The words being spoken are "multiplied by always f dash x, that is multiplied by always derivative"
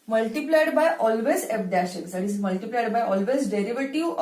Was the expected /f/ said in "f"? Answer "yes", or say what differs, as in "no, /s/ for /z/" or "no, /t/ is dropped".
no, /p/ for /f/